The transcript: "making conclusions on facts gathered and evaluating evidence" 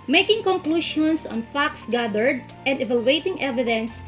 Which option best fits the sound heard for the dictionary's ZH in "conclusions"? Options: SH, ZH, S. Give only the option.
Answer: SH